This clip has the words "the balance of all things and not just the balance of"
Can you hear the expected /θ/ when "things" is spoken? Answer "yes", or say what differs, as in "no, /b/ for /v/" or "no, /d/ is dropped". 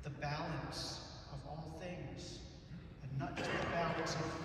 yes